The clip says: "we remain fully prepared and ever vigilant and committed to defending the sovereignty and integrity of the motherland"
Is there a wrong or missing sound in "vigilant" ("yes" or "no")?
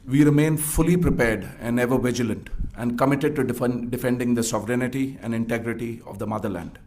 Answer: no